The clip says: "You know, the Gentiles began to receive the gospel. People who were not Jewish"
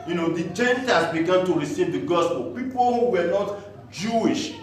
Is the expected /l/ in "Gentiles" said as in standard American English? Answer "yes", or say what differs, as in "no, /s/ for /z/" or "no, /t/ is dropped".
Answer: no, /l/ is dropped